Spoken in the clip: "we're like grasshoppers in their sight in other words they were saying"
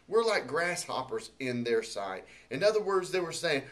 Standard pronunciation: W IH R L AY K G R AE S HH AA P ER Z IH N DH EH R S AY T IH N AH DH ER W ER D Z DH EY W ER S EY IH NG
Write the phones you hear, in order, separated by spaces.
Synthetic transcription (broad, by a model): W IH R L AY K G R AE S HH AA P ER Z IH N DH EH R S AY T IH N AH DH ER W ER D Z DH EY W ER S EY IH NG